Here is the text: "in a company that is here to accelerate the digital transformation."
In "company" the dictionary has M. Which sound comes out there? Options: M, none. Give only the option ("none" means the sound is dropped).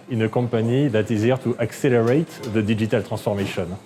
none